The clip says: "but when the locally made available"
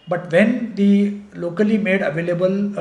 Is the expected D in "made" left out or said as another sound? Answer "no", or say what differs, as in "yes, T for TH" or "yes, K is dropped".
no